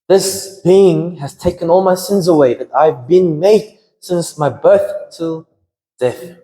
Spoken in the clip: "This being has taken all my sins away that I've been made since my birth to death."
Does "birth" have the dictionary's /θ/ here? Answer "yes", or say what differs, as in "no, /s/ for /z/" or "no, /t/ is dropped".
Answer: yes